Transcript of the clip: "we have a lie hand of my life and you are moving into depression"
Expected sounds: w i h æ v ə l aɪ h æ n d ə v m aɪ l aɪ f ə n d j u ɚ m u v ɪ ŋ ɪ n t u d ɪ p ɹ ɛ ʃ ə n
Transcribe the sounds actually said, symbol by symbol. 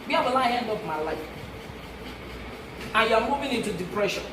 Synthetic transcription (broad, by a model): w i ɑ b ə l aɪ h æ n d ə p m aɪ l aɪ f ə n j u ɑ m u v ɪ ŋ ɪ n t u d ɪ p ɹ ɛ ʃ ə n